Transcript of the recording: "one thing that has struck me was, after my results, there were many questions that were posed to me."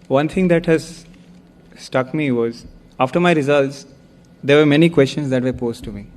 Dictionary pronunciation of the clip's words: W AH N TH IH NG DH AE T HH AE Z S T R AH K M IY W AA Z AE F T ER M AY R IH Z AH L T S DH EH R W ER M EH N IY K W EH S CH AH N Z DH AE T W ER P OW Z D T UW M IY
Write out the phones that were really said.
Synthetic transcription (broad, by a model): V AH N T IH NG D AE T HH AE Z S T AH K M IY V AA Z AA F T ER M AY R IH Z AH L T S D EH R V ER M EH N IY K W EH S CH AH N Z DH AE T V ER P OW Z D T UW M IY